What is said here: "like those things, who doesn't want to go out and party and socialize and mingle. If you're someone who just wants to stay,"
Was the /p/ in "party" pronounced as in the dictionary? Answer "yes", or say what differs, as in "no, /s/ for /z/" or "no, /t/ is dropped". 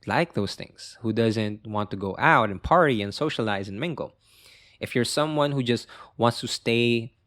yes